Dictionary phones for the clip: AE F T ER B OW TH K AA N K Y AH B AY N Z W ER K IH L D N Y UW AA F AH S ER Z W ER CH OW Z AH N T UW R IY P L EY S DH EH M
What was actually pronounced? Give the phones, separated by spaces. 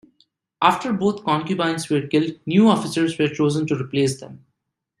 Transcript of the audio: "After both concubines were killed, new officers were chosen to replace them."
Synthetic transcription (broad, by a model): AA F T ER B OW T K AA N K Y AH B AY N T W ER K IH L D N Y UW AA F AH S ER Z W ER CH OW Z AH N T UW R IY P L EY S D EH M